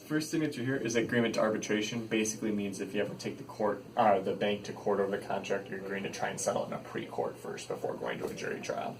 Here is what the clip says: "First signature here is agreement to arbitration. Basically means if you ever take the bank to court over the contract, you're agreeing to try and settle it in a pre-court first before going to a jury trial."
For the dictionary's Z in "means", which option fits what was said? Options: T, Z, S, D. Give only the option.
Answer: Z